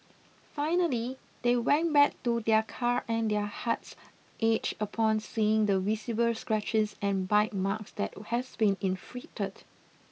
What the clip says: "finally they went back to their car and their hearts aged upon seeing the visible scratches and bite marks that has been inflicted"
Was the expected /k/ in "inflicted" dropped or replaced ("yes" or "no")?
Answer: yes